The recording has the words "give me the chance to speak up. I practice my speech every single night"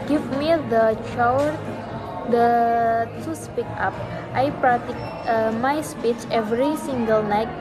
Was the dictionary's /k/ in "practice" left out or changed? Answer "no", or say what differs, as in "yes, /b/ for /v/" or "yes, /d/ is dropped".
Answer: yes, /k/ is dropped